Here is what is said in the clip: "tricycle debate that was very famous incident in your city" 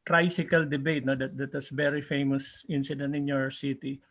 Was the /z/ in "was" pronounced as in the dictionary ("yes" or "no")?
no